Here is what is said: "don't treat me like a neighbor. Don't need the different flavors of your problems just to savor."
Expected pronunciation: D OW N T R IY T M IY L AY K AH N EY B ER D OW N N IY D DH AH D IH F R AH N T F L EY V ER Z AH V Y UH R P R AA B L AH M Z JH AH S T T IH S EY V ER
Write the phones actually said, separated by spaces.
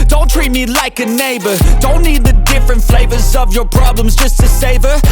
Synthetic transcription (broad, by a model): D OW N T R IY T M IY L AY K AH N EY B ER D OW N N IY D DH AH D IH F R AH N T F L EY V ER Z AH V Y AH R P R AA B L AH M Z JH AH S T T IH S EY V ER